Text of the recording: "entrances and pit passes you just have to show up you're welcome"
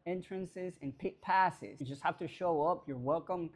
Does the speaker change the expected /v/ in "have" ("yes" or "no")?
yes